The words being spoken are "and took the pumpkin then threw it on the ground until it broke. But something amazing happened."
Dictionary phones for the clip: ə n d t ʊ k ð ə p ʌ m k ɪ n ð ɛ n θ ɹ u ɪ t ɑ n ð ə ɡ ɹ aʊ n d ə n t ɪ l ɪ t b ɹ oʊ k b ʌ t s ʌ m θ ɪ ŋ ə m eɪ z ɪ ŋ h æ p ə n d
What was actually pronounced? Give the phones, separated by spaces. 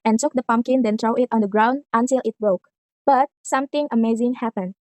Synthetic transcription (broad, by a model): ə n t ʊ k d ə p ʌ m k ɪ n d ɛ n t ɹ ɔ ɪ t ɑ n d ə ɡ ɹ aʊ n d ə n t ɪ l ɪ t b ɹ oʊ k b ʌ t s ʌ m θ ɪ ŋ ə m eɪ z ɪ ŋ h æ p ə n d